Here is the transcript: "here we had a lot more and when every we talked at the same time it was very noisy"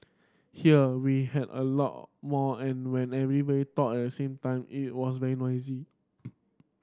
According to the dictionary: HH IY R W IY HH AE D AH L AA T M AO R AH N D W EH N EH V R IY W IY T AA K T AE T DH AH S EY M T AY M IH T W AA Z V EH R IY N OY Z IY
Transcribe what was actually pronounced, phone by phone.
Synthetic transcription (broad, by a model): HH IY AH W IY HH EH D AH L AA T M AO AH N W EH N EH V R IY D IY T AA T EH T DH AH S EY M T AY M IH T W AA S V EH R IY N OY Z IY